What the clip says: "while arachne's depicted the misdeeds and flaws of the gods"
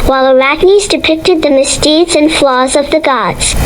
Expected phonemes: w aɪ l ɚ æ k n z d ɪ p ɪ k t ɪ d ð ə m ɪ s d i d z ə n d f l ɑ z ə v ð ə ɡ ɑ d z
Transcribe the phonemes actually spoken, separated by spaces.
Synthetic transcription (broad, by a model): w aɪ l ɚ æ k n z d ɪ p ɪ k t ɪ d ð ə m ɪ s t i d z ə n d f l ɑ z ə v ð ə ɡ ɑ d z